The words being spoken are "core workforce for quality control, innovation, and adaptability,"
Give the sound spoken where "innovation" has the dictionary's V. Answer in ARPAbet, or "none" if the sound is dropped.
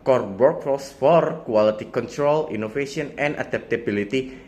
F